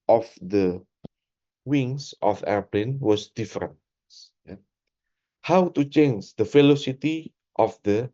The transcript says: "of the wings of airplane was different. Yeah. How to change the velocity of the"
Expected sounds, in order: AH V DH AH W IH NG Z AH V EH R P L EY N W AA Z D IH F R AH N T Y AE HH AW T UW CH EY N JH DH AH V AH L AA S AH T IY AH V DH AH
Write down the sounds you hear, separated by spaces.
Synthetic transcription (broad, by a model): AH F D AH W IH NG S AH F EH R P L EY N W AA S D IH F R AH N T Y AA HH AW T UW CH EY N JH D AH F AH L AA S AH T IY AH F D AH